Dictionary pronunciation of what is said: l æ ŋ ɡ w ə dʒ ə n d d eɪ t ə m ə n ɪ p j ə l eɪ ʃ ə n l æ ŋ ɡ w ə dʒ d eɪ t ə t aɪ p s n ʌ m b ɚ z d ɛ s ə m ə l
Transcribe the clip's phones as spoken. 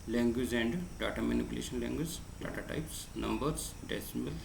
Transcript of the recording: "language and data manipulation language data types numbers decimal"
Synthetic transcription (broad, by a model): l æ ŋ ɡ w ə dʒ ə n d d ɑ t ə m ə n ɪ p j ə l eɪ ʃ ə n l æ ŋ ɡ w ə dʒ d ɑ t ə t aɪ p s n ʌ m b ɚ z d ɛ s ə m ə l